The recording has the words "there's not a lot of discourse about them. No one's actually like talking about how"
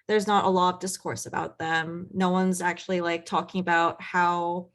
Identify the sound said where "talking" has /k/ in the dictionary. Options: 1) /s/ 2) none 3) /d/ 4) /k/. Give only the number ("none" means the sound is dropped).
4